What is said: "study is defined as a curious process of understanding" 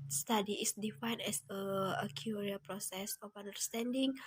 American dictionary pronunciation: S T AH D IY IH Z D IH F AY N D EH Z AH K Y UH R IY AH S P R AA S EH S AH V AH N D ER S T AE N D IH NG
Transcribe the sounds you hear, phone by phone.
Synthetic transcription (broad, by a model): S T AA D IY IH S D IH F AY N EH S AH K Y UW R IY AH P R AA S EH S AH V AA N D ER S T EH N D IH NG